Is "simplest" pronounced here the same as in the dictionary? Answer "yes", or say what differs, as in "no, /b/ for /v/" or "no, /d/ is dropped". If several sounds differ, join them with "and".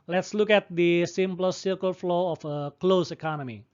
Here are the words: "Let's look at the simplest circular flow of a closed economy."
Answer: no, /l/ is dropped